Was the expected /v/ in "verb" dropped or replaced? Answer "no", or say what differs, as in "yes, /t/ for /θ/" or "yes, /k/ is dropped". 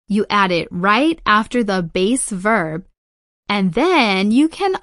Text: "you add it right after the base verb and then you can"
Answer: no